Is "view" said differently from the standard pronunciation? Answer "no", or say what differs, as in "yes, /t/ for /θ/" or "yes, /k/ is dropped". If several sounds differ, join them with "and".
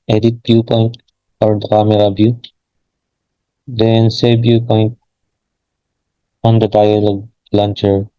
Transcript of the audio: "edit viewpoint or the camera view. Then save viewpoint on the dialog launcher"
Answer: yes, /b/ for /v/